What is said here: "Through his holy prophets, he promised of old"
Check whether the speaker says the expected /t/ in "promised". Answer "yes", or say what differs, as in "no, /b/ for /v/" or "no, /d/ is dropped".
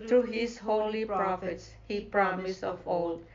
no, /t/ is dropped